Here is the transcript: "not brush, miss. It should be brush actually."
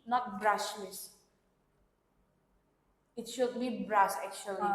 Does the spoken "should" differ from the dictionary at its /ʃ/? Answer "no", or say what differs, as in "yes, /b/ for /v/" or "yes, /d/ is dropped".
no